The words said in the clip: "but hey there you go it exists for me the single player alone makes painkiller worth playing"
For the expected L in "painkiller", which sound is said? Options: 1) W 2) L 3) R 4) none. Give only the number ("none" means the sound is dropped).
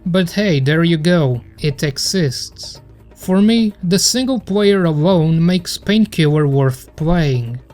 4